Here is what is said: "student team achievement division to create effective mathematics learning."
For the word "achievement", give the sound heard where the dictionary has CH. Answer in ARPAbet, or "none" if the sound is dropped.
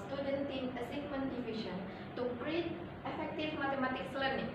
S